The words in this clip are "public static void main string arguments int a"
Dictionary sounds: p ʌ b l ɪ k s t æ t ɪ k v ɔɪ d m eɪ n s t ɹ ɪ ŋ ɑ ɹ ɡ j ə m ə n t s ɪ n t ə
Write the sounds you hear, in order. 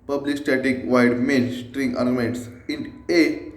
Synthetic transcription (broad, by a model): p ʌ b l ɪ k s t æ t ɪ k v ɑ d m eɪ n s t ɹ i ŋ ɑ ɹ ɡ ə m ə n t s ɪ n ə